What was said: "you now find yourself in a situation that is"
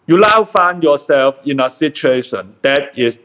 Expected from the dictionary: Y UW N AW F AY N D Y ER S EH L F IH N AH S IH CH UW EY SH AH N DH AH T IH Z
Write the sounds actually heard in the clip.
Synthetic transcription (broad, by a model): Y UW L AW F AY N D Y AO S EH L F IH N AH S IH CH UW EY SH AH N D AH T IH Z